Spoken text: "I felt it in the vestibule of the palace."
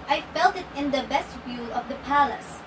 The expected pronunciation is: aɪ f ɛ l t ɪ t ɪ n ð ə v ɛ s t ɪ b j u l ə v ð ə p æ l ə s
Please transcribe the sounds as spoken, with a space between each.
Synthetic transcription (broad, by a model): aɪ f ɛ l t ɪ t ɪ n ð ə b ɛ s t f j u l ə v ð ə p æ l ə s